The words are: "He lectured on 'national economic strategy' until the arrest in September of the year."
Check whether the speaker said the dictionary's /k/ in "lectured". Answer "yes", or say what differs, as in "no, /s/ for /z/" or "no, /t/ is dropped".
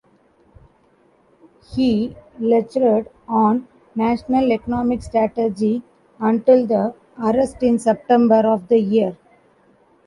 no, /k/ is dropped